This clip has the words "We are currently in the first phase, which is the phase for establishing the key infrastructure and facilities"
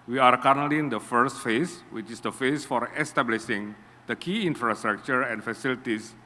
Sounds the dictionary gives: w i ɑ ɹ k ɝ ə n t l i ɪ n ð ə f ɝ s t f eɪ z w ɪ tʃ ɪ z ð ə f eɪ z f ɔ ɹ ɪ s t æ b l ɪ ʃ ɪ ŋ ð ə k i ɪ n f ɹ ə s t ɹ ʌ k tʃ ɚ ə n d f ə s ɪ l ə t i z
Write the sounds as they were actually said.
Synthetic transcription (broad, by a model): w i ɑ ɹ k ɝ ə t n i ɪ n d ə f ɝ s t f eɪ s w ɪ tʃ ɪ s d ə f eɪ s f ɔ ɹ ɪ s t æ b l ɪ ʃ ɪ ŋ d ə k i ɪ n f ɹ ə s t ɹ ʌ k tʃ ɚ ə n f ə s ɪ l t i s